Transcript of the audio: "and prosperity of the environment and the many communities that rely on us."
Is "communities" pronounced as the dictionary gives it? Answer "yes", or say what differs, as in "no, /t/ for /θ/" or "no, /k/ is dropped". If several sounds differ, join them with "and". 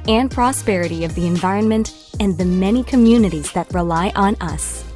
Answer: yes